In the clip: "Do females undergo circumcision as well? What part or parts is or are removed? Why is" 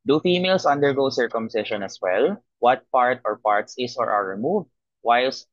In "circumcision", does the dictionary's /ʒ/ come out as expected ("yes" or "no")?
no